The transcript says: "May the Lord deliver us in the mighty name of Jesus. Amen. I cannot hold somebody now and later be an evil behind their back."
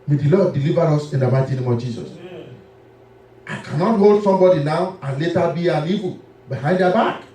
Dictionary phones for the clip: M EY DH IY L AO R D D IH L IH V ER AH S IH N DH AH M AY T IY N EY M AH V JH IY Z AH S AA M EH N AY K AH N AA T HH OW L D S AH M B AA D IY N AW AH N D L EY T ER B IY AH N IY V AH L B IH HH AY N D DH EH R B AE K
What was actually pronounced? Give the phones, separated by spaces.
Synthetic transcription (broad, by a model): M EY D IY L AO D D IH L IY V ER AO S IH N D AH M AY T IY N EY M AH V JH IY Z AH S AA IH K AH N AA T HH OW L D S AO M B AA D IY N AW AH N L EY T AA B IY AH N IY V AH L B IH HH AY N D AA B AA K